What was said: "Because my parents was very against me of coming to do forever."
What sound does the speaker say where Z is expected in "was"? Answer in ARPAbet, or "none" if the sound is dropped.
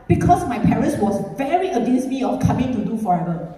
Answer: S